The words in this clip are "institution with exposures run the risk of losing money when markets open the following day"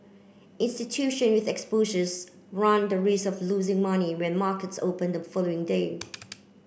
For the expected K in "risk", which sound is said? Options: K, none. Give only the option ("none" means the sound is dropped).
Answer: none